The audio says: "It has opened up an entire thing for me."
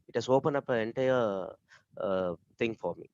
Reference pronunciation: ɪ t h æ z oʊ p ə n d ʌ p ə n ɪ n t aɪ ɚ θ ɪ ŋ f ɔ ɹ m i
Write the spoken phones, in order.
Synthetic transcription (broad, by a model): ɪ t h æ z oʊ p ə n ʌ p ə ɪ n t aɪ ɚ t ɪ ŋ f ɔ ɹ m i